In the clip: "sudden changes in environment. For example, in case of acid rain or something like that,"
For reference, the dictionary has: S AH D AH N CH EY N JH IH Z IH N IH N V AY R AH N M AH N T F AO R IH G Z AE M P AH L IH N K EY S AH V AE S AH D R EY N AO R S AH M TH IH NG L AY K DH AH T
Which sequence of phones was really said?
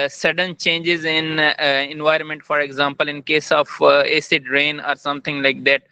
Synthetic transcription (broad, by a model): S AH D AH N CH EY N JH IH Z IH N IH N V AY R AH N M AH N T F AO R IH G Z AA M P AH L IH N K EY S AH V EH S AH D R EY N AO R S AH M T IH NG L AY K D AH T